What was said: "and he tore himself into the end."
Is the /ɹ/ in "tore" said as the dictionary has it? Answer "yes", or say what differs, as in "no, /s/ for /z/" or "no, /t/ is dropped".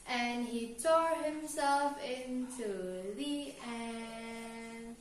yes